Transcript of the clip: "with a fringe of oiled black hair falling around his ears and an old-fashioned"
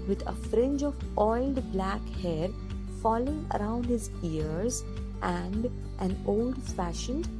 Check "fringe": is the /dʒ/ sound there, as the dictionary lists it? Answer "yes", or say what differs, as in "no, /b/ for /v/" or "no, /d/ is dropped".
yes